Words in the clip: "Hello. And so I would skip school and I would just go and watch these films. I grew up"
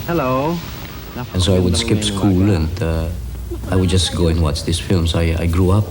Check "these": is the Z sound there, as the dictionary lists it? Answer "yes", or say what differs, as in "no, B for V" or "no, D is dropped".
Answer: no, S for Z